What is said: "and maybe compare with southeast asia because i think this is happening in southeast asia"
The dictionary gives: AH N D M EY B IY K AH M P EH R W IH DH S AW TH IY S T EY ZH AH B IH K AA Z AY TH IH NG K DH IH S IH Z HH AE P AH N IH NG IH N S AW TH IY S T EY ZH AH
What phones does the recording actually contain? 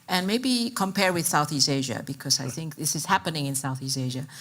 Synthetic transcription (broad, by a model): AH N M EY B IY K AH M P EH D W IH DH S AW TH IY S T EY ZH AH B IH K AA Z AY TH IH NG K DH IH S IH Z HH AE P AH N IH NG IH N S AW TH IY S T EY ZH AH